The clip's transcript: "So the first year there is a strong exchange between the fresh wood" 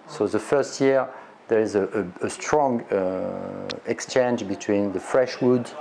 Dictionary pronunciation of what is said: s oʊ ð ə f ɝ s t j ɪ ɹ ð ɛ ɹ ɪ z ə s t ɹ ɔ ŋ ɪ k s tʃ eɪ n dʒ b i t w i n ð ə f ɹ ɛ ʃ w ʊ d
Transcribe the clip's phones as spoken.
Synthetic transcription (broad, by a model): s oʊ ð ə f ɝ s t j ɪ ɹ ð ɛ ɹ ɪ z ə s t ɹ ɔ ŋ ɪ k s tʃ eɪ n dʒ b i t w i n ð ə f ɹ ɛ ʃ w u d